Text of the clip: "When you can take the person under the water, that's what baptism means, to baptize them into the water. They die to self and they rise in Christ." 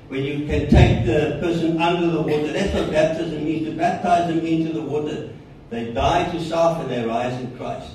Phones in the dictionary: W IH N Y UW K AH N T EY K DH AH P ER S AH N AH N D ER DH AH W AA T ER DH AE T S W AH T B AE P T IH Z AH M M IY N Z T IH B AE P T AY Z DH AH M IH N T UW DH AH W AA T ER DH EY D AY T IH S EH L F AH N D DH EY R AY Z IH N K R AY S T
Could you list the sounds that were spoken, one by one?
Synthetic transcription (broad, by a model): W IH N Y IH K AH N T EY K DH AH P ER S AH N AH N D ER DH AH W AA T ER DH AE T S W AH B AE P T IH Z AH M M IY N Z T IH B AE P T AY Z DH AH M IH N T UW DH AH W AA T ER DH EY D AY T IH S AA F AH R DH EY R AY Z IH N K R AY S T